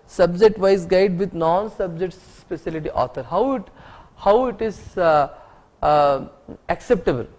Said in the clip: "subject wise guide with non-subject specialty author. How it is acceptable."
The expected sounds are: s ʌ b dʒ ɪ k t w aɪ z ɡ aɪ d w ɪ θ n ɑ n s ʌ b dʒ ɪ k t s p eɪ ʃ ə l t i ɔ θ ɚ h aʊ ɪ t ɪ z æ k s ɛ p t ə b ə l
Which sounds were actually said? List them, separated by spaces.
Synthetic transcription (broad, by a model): s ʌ b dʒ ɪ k t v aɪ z ɡ aɪ d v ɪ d n ɑ n s ʌ b dʒ ɪ k t s p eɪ s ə l t i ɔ t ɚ h aʊ ɪ t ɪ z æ k s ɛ p t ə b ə l